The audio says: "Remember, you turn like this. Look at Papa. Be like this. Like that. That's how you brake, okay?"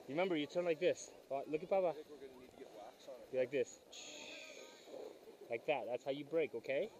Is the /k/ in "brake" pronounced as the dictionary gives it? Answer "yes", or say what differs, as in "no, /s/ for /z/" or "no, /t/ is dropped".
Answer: yes